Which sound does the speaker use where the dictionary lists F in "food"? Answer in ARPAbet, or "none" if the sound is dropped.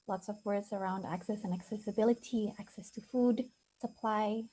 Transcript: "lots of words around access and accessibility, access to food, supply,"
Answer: F